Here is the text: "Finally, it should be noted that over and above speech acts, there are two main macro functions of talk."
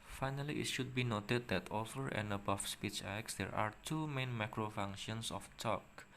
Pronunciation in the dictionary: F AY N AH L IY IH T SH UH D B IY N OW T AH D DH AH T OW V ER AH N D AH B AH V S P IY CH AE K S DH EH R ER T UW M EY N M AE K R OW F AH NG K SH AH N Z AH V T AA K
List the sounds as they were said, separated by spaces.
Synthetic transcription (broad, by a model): F AY N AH L IY IH T SH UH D B IY N OW T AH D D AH T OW F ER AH N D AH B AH F S P IY CH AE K S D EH R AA T UW M EY N M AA K R OW F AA NG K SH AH N S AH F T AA K